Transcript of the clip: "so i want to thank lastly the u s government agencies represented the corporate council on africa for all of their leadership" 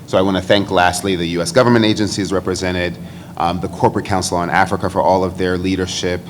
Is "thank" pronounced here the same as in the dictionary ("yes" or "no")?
yes